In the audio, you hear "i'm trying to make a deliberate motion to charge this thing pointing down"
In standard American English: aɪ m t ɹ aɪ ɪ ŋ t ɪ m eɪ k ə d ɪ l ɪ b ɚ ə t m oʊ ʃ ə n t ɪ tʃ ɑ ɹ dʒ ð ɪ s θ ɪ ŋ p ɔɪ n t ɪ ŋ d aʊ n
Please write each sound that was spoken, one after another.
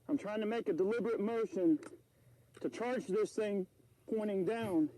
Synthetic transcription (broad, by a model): aɪ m t ɹ aɪ ɪ ŋ t ɪ m eɪ k ə d ɪ l ɪ b ɚ ə t m oʊ ʃ ə n t ɪ tʃ ɑ ɹ dʒ ð ɪ s θ ɪ ŋ p ɔɪ t ɪ ŋ d aʊ n